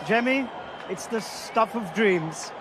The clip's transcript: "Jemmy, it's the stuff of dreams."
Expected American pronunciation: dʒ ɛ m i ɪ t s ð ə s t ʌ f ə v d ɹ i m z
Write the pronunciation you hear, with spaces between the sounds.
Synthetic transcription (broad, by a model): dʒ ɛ m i ɪ t s ð ə s t ʌ f ə v d ɹ i m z